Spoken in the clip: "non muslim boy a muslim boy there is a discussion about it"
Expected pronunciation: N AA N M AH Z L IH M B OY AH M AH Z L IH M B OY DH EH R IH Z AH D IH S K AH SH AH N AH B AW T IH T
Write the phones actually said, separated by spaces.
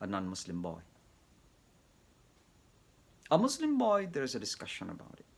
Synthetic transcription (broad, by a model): N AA N M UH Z L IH M B OY AH M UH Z L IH M B OY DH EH R IH Z AH D IH S K AH SH AH N AH B AW T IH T